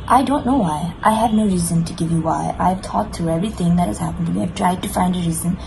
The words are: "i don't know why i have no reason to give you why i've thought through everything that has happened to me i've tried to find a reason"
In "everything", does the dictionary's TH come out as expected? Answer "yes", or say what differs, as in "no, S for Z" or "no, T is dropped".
yes